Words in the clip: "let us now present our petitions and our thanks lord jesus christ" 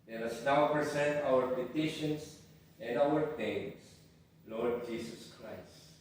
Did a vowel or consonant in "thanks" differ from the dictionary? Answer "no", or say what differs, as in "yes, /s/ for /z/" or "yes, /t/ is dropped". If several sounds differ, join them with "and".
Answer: yes, /k/ is dropped